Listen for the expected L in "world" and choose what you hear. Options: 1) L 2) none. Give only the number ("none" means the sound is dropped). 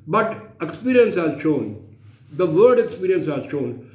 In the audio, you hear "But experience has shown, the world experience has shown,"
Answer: 2